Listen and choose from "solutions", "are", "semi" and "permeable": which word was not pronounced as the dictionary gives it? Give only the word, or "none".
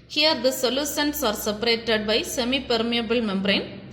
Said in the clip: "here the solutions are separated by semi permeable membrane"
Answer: solutions